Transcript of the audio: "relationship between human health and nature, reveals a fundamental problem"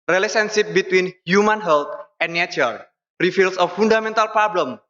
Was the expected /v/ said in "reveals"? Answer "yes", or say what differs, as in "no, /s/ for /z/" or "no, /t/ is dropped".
no, /f/ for /v/